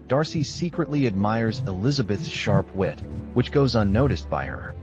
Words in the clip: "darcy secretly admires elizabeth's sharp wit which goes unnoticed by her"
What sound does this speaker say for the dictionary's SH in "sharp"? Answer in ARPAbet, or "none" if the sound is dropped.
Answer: SH